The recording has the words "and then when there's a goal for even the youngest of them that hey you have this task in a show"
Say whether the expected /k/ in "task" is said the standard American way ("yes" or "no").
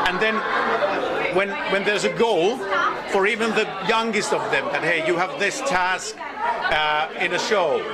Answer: yes